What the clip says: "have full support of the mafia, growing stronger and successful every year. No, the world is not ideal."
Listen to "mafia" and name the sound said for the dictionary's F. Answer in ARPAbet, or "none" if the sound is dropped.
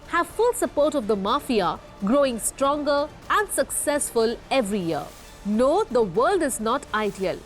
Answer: F